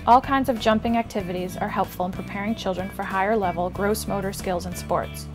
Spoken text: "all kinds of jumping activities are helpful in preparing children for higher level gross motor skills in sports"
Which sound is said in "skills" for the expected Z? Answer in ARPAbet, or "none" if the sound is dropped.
Z